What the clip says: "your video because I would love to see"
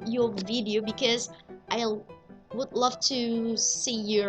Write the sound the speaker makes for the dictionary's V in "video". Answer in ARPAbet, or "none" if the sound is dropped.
V